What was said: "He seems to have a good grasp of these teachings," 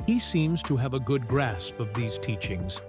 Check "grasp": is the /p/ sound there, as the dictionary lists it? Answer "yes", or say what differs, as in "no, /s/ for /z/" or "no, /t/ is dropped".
yes